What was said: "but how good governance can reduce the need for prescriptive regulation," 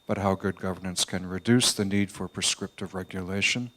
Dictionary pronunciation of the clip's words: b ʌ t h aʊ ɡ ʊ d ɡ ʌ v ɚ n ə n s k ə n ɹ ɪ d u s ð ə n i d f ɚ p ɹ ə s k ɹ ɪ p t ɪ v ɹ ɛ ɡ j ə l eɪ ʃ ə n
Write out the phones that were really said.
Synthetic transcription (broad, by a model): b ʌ t h aʊ ɡ ʊ d ɡ ʌ v ɚ n ə n s k ə n ɹ ɪ d u s ð ə n i d f ɚ p ɹ ə s k ɹ ɪ p t ɪ v ɹ ɛ ɡ j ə l eɪ ʃ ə n